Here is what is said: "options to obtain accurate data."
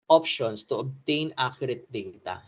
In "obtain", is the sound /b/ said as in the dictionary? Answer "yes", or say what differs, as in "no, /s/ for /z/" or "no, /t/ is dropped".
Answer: yes